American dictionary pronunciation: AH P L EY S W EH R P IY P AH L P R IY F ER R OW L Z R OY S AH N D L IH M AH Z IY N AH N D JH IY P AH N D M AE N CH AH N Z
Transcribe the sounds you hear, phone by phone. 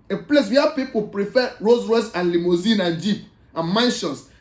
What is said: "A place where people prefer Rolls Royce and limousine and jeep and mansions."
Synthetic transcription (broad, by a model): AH P L EY S W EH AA P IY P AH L P R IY F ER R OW Z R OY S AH N L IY M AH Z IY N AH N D JH IY P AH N M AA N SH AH N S